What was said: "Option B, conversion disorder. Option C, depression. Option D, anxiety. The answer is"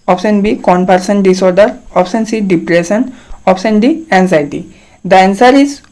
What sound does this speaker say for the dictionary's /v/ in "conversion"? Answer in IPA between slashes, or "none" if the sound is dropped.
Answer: /p/